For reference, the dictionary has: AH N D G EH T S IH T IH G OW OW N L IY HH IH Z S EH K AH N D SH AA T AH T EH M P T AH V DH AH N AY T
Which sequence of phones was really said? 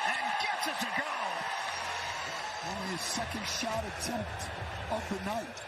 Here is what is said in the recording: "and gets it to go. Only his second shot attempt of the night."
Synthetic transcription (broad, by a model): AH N G EH T S IH S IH G OW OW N IY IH S EH K AH N D SH AA T AH T EH M P T AH V DH AH N AY T